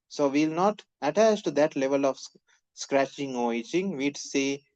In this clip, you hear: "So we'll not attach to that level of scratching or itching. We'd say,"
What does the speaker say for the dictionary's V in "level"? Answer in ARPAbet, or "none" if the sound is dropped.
V